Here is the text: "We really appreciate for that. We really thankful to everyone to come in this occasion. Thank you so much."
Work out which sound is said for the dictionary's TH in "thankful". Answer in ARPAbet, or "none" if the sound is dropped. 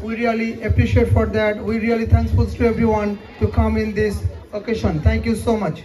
T